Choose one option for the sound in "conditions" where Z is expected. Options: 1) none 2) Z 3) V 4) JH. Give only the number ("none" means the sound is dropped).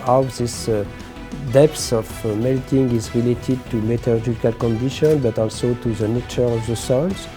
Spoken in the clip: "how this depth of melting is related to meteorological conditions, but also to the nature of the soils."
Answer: 1